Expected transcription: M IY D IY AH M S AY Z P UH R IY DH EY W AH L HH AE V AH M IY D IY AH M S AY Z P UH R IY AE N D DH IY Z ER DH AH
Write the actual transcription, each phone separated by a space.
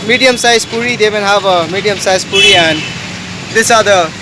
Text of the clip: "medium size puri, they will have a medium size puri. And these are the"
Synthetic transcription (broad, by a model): M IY D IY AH M S AY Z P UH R IY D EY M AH N HH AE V AH M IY D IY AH M S AY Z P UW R IY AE N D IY S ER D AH